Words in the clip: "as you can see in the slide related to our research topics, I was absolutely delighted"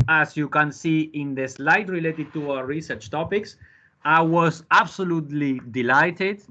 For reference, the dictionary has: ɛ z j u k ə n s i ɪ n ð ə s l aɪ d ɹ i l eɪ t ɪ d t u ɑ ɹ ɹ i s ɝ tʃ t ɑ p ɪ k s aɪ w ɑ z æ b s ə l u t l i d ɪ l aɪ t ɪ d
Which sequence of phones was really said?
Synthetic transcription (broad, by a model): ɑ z j u k ə n s i ɪ n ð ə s l aɪ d ɹ i l eɪ t ɪ d t u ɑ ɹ ɹ i s ɝ tʃ t ɑ p ɪ k s aɪ w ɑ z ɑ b s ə l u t l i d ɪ l aɪ t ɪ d